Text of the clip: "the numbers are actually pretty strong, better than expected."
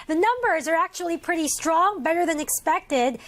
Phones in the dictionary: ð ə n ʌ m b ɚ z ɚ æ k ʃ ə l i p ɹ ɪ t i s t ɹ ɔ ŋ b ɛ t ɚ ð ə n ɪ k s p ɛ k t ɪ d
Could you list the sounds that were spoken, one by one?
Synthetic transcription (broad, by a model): ð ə n ʌ m b ɚ z ɚ æ k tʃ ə l i p ɹ ɪ t i s t ɹ ɔ ŋ b ɛ t ɚ ð ə n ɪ k s p ɛ k t ɪ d